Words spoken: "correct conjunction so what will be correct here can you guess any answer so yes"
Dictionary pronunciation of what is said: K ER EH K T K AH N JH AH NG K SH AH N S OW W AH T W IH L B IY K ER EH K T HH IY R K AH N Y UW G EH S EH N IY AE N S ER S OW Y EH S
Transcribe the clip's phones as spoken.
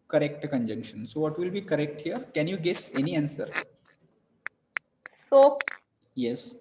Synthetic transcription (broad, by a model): K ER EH K T K AH N JH AH NG K SH AH N S OW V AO T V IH L B IY K ER EH K T HH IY R K AH N Y UW G EH S EH N IY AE N S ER S OW Y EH S